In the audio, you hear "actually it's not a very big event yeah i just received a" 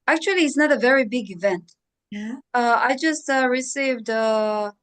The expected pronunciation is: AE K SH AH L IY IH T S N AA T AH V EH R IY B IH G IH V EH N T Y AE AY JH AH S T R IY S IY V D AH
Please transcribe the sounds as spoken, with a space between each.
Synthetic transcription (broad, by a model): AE K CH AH L IY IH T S N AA T AH V EH R IY B IH G IH V EH N T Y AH AY JH AH S T R IY S IY V D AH